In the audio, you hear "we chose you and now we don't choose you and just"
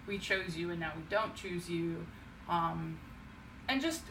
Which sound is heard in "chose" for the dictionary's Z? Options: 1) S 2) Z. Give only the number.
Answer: 2